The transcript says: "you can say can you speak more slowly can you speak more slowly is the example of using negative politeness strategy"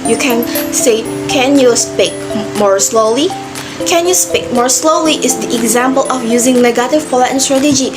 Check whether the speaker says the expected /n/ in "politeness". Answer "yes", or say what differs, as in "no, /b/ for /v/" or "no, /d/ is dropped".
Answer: no, /n/ is dropped